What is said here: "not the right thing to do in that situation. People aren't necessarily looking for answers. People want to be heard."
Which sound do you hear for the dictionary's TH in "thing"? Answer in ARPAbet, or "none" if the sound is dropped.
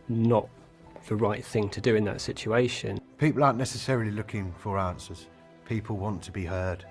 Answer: TH